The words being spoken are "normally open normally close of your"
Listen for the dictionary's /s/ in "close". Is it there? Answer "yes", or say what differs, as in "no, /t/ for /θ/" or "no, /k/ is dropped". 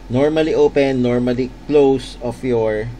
yes